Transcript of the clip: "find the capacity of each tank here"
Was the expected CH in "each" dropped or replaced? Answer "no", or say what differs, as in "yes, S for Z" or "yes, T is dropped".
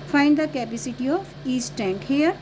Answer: yes, S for CH